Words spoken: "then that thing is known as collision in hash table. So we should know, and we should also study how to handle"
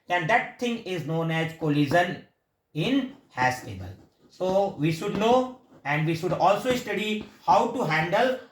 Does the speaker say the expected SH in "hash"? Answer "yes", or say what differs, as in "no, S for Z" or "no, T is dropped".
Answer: no, S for SH